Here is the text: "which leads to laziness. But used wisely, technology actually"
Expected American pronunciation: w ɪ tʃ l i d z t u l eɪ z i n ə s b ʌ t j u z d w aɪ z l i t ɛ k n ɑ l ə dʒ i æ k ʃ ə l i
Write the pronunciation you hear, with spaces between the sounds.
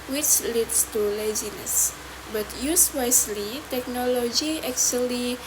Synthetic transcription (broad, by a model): w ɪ tʃ l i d s t u l eɪ z i n ə s b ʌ t j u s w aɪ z l i t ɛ k n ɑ l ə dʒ i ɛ k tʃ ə l i